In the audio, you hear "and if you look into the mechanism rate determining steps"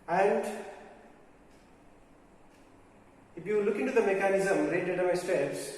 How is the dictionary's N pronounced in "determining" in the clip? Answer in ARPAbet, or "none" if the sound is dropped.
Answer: none